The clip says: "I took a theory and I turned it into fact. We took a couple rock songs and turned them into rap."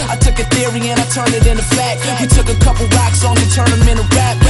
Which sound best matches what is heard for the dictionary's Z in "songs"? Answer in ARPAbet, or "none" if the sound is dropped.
none